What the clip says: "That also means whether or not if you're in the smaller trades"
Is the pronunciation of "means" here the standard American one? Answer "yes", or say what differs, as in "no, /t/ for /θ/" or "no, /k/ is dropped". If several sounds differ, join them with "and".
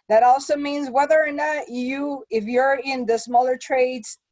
yes